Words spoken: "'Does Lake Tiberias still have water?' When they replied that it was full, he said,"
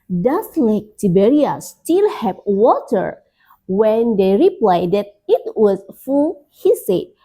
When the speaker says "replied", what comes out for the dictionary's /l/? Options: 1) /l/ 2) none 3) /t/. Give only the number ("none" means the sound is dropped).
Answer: 1